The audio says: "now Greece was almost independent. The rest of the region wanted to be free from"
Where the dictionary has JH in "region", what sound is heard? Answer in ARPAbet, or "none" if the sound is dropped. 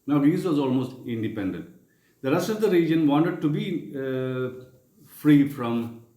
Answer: JH